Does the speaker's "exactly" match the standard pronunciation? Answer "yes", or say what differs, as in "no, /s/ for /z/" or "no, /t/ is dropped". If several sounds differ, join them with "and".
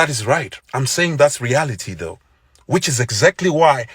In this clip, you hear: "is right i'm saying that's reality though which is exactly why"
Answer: yes